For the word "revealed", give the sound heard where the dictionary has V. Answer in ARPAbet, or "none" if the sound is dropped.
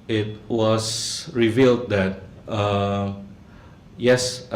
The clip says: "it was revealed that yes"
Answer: V